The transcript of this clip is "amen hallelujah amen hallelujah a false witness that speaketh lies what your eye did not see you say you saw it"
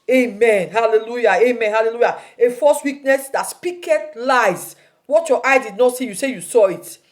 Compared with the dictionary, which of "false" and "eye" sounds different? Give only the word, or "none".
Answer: false